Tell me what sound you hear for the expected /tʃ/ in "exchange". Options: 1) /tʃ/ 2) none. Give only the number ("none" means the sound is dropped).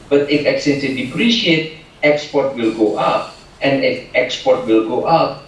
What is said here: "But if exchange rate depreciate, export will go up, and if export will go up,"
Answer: 2